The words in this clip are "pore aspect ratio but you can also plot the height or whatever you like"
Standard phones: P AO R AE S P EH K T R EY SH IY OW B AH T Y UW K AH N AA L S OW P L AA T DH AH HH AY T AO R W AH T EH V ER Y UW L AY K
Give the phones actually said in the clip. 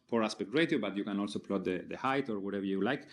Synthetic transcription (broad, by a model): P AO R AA S P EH K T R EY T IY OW B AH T Y UW K AH N AA L S OW P L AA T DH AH HH AY T AO R W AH T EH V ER Y UW L AY K